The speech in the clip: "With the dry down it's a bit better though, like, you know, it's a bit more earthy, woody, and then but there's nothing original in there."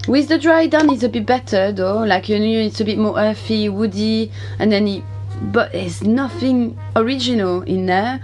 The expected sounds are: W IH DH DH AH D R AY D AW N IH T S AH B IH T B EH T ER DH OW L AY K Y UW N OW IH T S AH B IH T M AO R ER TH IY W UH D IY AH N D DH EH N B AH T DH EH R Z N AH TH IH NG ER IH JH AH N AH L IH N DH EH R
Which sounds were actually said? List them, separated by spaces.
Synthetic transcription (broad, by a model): W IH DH DH AH D R AY D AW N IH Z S AH B IH T B EH T ER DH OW L AY K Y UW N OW IH T S AH B IH T M AO R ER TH IY W UH D IY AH N DH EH N B AH T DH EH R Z N AH TH IH NG ER IH JH AH N AH L IH N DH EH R